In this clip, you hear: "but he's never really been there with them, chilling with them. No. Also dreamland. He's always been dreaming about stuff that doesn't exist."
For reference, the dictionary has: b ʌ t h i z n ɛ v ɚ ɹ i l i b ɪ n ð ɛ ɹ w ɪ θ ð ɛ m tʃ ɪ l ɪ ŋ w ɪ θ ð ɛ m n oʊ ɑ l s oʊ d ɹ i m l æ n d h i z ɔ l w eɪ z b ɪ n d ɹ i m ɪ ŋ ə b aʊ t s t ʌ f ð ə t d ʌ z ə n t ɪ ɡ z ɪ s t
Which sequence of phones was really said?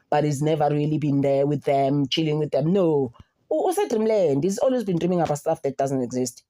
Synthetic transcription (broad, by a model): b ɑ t h i z n ɛ v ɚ ɹ i l i b ɪ n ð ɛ w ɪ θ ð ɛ m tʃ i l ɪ ŋ w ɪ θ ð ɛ m n oʊ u s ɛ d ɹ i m l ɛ n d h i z ɔ l w eɪ z b ɪ n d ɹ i m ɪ ŋ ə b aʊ s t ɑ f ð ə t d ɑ z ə n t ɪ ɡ z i s t